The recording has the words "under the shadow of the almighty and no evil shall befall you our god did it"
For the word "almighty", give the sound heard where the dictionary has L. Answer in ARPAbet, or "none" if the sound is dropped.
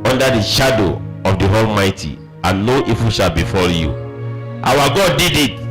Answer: L